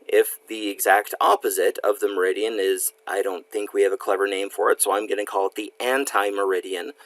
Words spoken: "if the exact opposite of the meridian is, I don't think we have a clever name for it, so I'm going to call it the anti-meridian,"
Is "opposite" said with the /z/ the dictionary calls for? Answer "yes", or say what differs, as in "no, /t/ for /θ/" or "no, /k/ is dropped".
yes